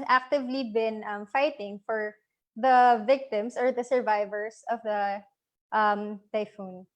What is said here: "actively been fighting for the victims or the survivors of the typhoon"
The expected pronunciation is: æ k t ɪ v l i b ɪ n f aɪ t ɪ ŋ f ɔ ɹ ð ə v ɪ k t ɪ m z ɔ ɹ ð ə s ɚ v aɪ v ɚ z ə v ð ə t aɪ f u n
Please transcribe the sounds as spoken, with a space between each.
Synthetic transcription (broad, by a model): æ k t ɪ v l i b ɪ n f aɪ t ɪ ŋ f ɔ ɹ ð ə v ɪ k t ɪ m s ɔ ɹ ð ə s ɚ v aɪ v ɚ s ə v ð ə t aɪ f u n